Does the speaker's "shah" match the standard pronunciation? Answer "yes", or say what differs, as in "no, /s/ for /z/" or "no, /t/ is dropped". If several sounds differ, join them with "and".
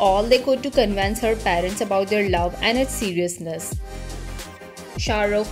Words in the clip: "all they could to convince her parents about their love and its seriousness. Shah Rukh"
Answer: yes